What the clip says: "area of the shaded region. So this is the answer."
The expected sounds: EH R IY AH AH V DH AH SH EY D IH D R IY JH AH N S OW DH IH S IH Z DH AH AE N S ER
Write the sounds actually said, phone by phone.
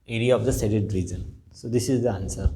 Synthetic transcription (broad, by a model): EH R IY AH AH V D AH S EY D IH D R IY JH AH N S OW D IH S IH Z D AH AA N S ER